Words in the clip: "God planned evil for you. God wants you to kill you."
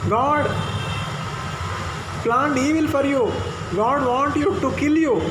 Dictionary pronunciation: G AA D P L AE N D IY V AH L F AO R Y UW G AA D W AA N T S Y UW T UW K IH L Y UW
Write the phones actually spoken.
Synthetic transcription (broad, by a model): G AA D P L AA N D IY V AH L F AO R Y UW G AA D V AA N T Y UW T UW K IH L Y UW